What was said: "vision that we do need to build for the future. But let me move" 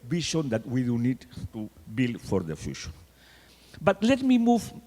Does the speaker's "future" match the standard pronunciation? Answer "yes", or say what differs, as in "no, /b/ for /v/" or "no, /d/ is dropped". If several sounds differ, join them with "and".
no, /ʃ/ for /tʃ/